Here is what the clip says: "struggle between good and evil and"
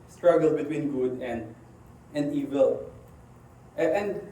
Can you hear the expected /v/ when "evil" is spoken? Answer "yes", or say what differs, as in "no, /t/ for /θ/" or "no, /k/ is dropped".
yes